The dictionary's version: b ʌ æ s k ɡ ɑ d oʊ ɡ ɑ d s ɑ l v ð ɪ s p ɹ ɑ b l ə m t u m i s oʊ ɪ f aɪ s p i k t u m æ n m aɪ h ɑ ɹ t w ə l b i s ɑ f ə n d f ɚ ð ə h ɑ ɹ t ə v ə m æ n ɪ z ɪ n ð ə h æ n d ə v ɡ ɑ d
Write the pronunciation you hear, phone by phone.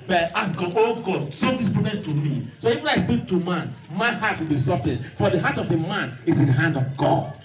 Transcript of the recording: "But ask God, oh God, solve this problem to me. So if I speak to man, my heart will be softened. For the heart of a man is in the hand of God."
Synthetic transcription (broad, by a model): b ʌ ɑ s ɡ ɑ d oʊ ɡ ɑ d s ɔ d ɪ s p ɑ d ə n t u m i s oʊ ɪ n aɪ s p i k t u m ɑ n m aɪ h ɑ t w ə l b i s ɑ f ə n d f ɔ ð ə h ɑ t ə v ə m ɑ n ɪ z ɪ n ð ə h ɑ n d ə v ɡ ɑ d